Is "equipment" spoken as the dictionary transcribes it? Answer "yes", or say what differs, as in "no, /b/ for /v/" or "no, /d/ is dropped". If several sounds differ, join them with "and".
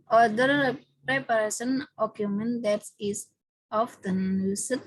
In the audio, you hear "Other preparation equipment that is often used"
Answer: no, /p/ is dropped